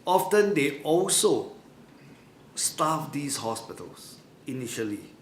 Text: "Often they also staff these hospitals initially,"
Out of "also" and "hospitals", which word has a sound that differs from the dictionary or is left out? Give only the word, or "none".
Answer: hospitals